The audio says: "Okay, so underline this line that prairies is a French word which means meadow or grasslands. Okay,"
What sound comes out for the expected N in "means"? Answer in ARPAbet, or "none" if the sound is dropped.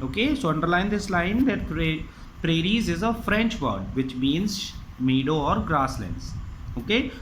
N